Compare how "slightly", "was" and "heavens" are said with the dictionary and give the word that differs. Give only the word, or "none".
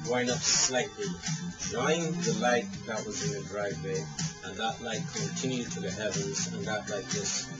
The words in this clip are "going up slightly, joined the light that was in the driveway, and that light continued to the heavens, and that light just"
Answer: none